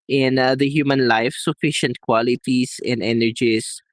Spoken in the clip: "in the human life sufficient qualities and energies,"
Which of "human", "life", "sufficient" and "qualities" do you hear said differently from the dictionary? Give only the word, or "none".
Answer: qualities